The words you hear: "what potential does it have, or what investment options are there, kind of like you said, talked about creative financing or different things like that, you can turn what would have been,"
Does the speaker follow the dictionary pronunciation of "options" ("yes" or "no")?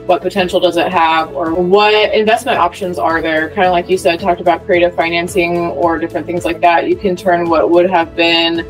yes